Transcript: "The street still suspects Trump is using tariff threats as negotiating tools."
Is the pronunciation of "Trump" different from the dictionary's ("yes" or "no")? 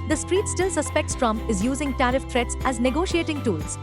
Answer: yes